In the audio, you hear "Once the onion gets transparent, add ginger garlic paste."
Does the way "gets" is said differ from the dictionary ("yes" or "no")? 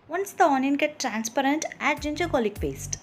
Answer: yes